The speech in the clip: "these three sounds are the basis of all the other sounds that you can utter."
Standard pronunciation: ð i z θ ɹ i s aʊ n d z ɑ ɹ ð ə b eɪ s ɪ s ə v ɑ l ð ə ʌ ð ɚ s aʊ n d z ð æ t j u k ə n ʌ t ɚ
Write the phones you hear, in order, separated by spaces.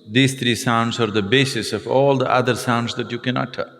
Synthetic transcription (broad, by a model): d i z t ɹ i s aʊ n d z ɑ ɹ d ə b eɪ s ɪ s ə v ɑ l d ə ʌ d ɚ s aʊ n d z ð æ t j u k ə n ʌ t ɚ